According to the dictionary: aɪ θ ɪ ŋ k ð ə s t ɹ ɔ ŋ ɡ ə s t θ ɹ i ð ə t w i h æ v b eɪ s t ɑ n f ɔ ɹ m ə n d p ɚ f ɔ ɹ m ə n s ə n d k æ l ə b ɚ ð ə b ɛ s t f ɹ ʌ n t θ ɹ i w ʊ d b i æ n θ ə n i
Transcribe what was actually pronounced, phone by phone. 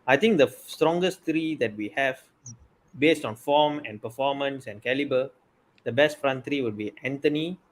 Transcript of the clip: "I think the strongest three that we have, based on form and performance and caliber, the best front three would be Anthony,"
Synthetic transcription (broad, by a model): aɪ t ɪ ŋ k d ə s t ɹ ɔ ŋ ɡ ə s t ɹ i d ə t w i h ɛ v b eɪ s t ɑ n f ɔ m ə n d p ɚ f ɔ m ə n s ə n k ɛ l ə b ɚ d ə b ɛ s t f ɹ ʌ n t ɹ i w ʊ d b i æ n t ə n i